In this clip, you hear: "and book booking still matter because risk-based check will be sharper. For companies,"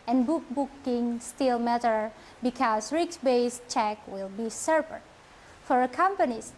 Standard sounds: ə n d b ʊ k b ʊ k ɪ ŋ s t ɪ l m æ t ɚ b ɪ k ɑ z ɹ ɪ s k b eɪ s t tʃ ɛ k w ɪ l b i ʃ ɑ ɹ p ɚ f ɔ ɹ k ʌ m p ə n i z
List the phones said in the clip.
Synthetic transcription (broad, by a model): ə n b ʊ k b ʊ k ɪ ŋ s t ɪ l m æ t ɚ b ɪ k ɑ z ɹ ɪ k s b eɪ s tʃ ɛ k w ɪ l b i s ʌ ɹ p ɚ f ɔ ɹ k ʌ m p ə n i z